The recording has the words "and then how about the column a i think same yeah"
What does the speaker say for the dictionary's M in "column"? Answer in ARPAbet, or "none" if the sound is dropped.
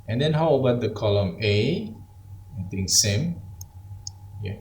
M